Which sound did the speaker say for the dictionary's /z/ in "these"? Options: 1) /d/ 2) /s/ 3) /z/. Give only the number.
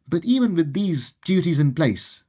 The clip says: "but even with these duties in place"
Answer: 3